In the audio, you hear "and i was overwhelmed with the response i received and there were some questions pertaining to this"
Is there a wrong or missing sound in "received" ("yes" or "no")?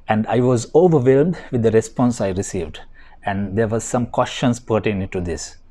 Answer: no